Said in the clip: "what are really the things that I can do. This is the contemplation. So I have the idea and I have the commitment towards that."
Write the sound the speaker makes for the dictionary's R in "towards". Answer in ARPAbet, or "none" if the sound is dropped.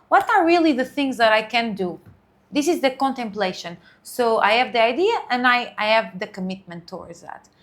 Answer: R